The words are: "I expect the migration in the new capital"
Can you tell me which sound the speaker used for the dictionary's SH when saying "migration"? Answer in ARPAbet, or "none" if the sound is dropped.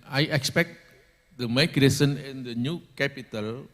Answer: S